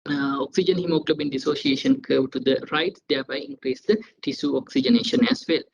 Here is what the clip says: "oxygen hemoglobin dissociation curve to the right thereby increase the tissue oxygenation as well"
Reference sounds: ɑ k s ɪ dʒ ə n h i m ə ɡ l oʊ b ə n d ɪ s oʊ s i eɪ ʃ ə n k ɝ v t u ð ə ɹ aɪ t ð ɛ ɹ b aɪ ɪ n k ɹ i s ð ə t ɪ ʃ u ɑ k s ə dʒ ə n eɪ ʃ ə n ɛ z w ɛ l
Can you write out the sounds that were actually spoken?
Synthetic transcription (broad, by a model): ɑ k s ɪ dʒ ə n h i m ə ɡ l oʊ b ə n d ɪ s oʊ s i eɪ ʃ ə n k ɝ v t u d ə ɹ aɪ t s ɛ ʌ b aɪ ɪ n k ɹ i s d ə t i s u ɑ k s ə dʒ ə n eɪ ʃ ə n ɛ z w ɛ l